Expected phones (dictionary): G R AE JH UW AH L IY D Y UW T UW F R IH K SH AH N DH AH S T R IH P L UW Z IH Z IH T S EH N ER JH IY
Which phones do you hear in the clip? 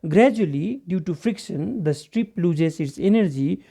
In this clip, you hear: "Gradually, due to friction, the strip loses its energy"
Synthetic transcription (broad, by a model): G R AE JH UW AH L IY D Y UW T UW F R IH K SH AH N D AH S T R IH P L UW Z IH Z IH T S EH N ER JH IY